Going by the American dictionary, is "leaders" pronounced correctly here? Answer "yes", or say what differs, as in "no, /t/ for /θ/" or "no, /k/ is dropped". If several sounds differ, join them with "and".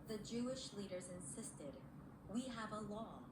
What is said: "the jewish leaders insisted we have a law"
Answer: yes